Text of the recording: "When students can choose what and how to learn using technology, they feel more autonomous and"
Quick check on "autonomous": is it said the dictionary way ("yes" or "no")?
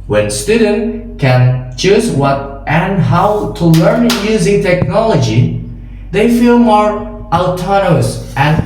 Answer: no